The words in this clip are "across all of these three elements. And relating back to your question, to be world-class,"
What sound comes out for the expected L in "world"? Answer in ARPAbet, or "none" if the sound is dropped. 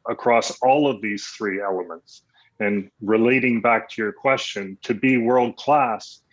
L